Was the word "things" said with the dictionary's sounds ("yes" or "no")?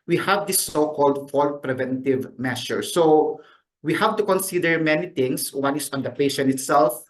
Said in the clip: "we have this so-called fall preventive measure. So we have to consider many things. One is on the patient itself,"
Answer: no